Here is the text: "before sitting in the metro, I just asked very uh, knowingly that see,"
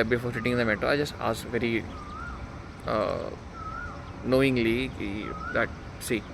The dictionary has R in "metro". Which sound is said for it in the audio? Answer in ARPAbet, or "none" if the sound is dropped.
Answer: none